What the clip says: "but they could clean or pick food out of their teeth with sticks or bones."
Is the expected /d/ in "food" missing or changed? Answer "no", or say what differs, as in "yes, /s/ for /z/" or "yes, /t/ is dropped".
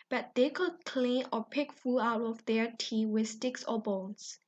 yes, /d/ is dropped